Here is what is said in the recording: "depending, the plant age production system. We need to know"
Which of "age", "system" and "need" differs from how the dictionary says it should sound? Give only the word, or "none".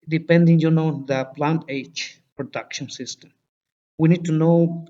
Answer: age